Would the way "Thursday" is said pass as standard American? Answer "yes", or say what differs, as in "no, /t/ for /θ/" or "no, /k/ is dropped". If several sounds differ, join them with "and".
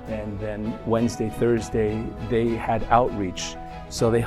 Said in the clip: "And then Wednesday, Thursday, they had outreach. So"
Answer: yes